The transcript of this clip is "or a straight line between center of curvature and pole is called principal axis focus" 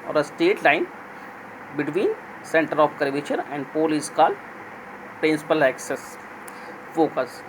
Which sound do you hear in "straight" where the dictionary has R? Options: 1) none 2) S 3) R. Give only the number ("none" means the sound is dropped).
1